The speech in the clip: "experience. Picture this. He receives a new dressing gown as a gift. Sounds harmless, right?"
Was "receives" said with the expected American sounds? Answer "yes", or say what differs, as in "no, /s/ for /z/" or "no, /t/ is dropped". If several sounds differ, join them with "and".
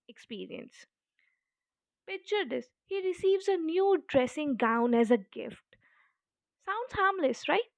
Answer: yes